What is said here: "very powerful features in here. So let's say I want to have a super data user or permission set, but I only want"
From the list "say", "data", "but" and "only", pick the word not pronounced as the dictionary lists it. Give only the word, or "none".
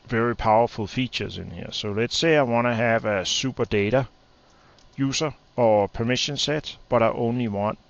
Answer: none